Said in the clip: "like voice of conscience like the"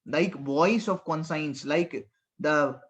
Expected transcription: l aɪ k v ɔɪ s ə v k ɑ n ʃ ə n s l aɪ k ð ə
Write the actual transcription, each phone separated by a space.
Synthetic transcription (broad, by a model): l aɪ k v ɔɪ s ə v k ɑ n s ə n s l aɪ k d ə